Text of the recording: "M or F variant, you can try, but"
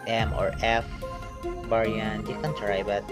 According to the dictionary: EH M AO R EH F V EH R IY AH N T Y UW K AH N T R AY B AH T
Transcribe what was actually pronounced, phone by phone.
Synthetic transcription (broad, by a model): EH M AO R EH F B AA R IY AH N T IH K AH N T R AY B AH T